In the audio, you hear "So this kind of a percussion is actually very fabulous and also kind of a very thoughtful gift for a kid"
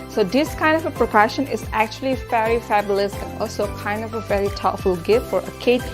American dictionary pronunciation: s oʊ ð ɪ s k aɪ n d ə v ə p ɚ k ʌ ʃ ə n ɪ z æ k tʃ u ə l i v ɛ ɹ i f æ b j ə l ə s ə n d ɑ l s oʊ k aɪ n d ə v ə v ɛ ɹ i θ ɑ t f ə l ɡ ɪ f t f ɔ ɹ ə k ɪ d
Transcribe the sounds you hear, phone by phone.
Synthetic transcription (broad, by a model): s oʊ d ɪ s k aɪ n d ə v ə p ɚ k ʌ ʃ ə n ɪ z æ k tʃ u ə l i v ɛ ɹ i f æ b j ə l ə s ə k ɑ l s oʊ k aɪ n d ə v ə v ɛ ɹ i t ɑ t f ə l ɡ ɪ f t f ɔ ɹ ə k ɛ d